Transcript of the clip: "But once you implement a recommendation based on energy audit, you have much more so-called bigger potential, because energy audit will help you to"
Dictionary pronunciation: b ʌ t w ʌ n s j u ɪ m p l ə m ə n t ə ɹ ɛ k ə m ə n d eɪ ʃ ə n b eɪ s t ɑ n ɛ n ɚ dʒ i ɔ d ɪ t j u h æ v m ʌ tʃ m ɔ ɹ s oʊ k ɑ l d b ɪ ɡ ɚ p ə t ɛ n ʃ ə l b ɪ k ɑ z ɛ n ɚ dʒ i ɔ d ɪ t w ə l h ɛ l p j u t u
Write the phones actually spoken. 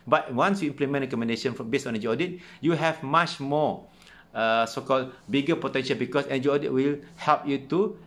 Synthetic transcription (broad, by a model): b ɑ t w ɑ n s j u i m p l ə m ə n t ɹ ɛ k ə m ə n d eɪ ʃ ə n b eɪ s ɑ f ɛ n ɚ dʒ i ɔ d ɪ t j u h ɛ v m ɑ tʃ m ɔ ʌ s oʊ k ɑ l b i ɡ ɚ p ə t ɛ n ʃ ə l b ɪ k ɑ s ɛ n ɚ dʒ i ɔ d ɪ t w ə l h ɛ l p j u t u